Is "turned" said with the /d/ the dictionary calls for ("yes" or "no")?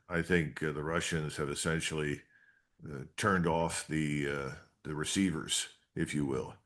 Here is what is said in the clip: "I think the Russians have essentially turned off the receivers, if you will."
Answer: yes